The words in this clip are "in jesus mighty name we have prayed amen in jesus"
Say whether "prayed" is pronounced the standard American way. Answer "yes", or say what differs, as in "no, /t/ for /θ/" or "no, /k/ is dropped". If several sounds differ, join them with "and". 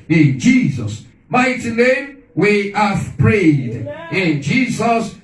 yes